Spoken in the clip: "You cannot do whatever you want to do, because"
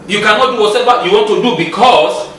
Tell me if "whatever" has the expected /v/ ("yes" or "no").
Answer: no